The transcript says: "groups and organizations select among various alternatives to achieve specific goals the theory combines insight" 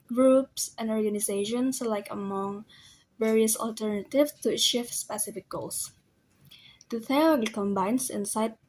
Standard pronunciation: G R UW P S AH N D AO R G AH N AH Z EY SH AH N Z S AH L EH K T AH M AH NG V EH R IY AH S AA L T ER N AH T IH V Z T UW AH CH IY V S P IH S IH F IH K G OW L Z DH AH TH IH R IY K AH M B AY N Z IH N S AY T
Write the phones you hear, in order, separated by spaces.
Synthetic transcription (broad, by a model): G R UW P S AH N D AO R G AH N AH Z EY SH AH N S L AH IH K AH M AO NG V EH R IY AH S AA L T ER N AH T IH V S T UW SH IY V S P IH S IH F IH K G OW L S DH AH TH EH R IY K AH M B AY N S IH N S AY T